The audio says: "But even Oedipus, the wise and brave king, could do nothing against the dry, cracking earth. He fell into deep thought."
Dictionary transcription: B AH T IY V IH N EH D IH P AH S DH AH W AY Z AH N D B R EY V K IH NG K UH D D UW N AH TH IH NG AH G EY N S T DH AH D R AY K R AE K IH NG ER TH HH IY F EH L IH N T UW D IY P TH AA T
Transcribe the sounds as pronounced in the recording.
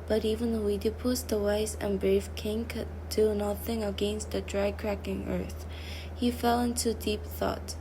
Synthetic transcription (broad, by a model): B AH T IY V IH N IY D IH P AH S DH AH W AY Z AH N B R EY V K IH NG K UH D D UW N AH TH IH NG AH G EY N S T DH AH D R AY K R AE K IH NG ER TH HH IY F EH L IH N T UW D IY P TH AA T